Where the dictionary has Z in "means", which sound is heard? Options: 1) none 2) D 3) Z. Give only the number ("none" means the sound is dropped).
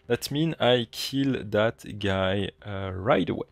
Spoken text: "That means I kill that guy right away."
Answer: 1